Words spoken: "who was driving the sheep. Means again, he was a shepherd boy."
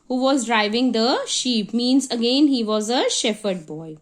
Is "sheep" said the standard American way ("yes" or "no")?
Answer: yes